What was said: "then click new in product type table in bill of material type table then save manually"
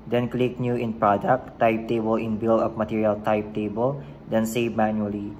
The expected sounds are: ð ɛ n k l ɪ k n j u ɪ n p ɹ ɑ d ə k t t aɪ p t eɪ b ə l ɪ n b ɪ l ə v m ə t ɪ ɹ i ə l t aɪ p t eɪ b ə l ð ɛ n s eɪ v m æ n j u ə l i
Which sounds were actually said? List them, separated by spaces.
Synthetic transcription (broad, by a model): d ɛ n k l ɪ k n j u ɪ n p ɹ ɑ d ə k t t aɪ p t eɪ b ə l ɪ n b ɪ l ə p m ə t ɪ ɹ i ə l t aɪ p t eɪ b ə l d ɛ n s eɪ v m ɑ n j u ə l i